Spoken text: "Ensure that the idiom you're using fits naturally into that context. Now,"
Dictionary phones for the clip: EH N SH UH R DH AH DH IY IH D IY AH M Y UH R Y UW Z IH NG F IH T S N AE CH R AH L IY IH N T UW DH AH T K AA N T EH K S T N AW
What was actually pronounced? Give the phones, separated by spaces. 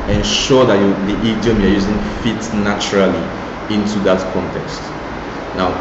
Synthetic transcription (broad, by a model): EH N SH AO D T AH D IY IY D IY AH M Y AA Y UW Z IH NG F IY T N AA CH R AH L IY IH N T UW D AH T K AA N T EH K S T N AW